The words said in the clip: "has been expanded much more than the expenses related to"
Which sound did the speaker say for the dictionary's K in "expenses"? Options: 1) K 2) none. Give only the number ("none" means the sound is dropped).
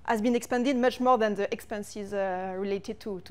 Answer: 1